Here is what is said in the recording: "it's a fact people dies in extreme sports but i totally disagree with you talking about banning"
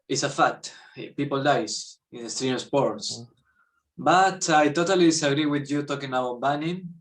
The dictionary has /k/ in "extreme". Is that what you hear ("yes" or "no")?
no